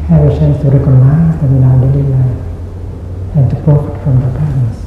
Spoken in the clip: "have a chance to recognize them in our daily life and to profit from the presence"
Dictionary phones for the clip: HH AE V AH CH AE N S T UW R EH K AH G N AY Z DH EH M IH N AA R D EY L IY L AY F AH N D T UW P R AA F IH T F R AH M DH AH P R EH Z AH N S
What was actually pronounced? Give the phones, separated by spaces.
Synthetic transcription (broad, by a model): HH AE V AH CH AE N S T UW R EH K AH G N AY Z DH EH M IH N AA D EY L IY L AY AH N T UW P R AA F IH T F R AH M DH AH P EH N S